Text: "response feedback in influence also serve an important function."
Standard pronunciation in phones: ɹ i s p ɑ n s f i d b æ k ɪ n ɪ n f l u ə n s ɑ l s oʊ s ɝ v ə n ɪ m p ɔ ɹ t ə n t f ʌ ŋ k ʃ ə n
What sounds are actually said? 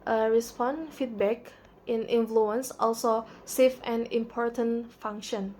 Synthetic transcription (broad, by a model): ɹ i s p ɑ n f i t b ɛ k ɪ n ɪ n f l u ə n s ɑ l s oʊ s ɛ f ə n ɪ m p ɔ ɹ t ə n f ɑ ŋ k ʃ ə n